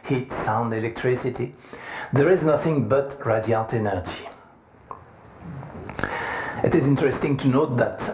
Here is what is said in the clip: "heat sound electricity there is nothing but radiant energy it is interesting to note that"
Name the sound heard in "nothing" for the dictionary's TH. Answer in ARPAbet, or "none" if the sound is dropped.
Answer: TH